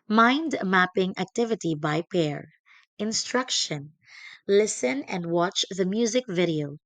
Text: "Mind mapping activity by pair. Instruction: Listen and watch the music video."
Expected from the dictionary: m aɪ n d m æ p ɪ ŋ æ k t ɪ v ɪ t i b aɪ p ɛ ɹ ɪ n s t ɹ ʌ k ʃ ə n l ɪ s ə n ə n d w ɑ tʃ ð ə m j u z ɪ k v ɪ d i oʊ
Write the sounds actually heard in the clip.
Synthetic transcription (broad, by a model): m aɪ n d m æ p ɪ ŋ æ k t ɪ v ɪ t i b aɪ p ɛ ɹ ɪ n s t ɹ ʌ k ʃ ə n l ɪ s ə n ə n d w ɑ tʃ ð ə m j u z ɪ k v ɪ d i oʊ